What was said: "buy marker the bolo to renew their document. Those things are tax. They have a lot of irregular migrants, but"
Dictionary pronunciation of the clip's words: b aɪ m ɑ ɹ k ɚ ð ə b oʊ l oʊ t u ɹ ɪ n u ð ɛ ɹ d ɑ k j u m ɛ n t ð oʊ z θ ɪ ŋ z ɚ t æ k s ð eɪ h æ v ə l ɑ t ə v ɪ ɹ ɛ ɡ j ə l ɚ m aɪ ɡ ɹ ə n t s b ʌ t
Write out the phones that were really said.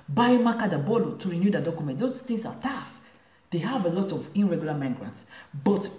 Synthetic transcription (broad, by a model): b aɪ m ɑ k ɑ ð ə b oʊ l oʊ t u ɹ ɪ n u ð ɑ d ɑ k j u m ɛ n t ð oʊ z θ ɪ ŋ s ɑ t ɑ s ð eɪ h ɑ v ə l ɑ t ə v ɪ ɹ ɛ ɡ j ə l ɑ m aɪ ɡ ɹ ə n t s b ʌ t